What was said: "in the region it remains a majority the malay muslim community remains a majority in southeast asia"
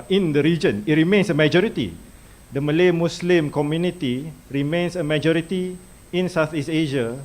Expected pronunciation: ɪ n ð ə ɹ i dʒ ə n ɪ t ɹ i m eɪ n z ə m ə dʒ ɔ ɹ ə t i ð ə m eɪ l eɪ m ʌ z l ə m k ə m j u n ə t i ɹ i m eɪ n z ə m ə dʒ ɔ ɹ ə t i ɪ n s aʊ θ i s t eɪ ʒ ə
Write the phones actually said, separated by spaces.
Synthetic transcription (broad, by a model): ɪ n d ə ɹ i dʒ ə n ɪ t ɹ i m eɪ n s ə m ə dʒ ɔ ɹ ə t i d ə m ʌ l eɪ m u s l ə m k ə m j u n ə t i ɹ i m eɪ n s ə m ə dʒ ɔ ɹ ə t i ɪ n s aʊ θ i s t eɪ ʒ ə